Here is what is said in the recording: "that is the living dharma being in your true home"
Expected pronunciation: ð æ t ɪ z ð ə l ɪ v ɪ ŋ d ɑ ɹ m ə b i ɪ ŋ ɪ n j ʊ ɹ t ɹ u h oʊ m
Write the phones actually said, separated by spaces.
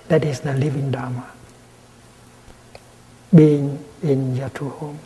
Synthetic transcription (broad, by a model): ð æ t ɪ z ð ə l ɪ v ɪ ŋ d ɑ m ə b i ɪ ŋ ɪ n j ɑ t u h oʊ m